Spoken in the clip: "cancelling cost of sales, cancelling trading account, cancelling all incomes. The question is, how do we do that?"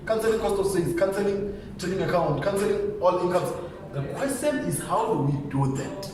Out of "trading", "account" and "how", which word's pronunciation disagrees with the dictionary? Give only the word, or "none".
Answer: trading